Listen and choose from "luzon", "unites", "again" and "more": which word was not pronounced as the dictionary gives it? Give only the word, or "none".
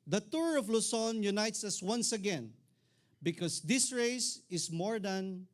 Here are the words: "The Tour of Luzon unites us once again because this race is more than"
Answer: luzon